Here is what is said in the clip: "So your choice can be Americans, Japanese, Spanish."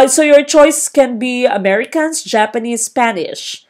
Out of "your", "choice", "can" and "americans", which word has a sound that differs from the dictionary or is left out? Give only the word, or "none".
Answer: americans